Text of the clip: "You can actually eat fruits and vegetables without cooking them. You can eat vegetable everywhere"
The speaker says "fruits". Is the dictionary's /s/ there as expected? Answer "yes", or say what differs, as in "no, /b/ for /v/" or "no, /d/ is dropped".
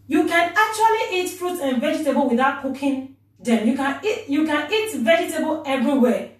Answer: no, /s/ is dropped